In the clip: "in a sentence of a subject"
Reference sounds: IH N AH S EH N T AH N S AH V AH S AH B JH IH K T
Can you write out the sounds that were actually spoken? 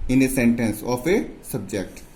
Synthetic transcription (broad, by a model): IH N AH S EH N T AH N S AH P AH S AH B JH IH K T